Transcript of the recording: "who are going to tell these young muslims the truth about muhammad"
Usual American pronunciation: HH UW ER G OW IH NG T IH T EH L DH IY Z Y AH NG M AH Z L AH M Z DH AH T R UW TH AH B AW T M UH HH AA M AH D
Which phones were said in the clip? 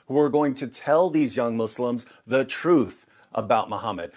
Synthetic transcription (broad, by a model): HH UW ER G OW IH NG T IH T EH L DH IY Z Y AH NG M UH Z L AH M Z DH AH T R UW TH AH B AW T M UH HH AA M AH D